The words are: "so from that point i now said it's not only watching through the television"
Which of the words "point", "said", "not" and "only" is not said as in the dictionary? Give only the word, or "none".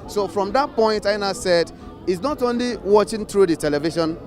none